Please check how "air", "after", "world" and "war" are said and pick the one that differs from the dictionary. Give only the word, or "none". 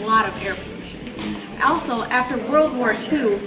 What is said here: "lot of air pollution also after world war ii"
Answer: none